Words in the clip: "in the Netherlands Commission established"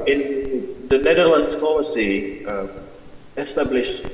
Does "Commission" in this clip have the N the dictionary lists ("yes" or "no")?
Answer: no